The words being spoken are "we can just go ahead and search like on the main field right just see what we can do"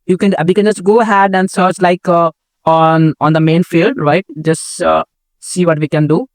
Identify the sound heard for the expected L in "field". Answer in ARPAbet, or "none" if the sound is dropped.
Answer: L